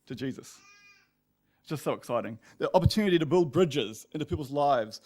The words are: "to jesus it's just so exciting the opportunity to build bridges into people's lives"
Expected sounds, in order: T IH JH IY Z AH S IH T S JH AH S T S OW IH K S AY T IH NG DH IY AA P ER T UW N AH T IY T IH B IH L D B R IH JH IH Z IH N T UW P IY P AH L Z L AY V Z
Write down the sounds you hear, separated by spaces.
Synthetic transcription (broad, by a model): T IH JH IY Z AH S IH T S JH AH S T S OW IH K S AY T IH NG DH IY AA P ER T UW N AH T IY T IH B IH L D B R IH JH IH Z IH N T UW P IY P L Z L AY V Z